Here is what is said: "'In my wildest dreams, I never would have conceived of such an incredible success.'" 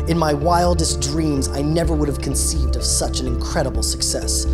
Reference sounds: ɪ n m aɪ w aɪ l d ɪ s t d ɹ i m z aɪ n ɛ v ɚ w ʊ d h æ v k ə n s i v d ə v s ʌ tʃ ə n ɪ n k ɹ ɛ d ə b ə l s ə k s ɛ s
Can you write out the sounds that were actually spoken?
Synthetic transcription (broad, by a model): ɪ n m aɪ w aɪ l d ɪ s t d ɹ i m z aɪ n ɛ v ɚ w ʊ d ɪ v k ə n s i v d ə v s ʌ tʃ ə n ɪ n k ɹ ɛ d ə b l s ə k s ɛ s